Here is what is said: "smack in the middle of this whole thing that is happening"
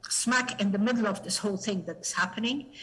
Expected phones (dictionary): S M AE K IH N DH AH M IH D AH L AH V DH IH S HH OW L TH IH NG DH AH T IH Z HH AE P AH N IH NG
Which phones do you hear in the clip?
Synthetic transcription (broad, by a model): S M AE K IH N DH AH M IH D L AH V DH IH S HH OW L TH IH NG DH AH T IH Z HH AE P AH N IH NG